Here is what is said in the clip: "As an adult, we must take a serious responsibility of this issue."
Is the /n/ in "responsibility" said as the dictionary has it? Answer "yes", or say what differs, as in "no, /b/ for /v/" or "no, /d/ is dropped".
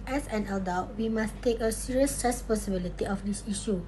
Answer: no, /n/ is dropped